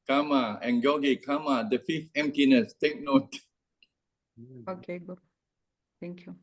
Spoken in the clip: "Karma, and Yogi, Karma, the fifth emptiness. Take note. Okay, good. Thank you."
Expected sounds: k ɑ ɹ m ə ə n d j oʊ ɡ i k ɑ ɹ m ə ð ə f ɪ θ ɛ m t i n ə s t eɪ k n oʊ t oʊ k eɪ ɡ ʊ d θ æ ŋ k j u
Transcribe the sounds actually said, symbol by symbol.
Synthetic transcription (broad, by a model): k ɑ m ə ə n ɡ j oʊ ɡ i k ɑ m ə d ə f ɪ f ɛ m t i n ə s t eɪ k n oʊ t oʊ k eɪ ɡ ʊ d t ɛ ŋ k j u